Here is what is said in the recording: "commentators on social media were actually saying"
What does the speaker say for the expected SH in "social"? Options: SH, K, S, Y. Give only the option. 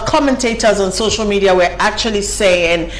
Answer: SH